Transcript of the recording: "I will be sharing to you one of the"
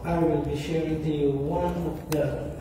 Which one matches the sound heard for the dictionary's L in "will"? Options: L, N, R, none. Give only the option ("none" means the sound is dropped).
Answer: L